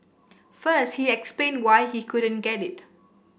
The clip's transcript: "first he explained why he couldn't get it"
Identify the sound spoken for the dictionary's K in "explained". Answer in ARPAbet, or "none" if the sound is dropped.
K